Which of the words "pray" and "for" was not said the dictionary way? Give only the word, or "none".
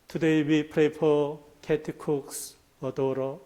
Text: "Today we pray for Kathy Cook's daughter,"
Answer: for